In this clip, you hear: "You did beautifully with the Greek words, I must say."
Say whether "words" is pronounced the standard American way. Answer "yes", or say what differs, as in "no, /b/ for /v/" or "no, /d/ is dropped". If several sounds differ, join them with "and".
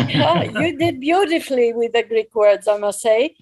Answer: yes